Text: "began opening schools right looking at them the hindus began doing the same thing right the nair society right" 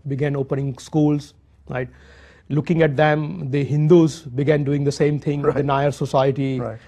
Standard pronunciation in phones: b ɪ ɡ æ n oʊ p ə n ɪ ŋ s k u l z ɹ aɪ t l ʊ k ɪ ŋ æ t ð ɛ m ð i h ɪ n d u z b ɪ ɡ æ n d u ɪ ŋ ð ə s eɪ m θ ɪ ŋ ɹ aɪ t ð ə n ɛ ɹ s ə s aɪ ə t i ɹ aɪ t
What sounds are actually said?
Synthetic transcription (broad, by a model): b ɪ ɡ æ n oʊ p ə n ɪ ŋ s k u l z ɹ aɪ t l ʊ k ɪ ŋ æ t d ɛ m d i h ɪ n d u z b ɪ ɡ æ n d u ɪ ŋ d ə s eɪ m t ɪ ŋ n aɪ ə ɹ s ə s aɪ ə t i